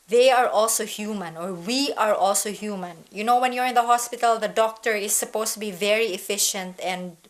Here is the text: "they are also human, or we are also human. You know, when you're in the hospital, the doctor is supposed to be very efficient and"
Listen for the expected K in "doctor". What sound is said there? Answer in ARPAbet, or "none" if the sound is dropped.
K